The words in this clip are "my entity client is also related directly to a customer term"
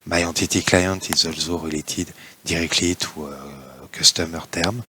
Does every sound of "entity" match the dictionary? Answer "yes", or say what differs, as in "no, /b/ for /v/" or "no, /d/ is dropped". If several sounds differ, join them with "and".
no, /n/ is dropped